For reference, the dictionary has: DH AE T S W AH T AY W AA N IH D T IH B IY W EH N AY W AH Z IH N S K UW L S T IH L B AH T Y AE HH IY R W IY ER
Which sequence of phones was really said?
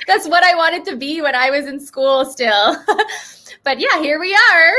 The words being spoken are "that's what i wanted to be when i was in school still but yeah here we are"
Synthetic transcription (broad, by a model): DH AE T S W AH T AY W AA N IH D T IH B IY W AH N AY W AH Z IH N S K UW L S T IH L B AH T Y AE HH IY R W IY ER